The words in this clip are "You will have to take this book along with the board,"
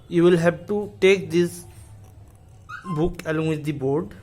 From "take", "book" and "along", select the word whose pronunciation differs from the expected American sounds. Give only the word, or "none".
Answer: none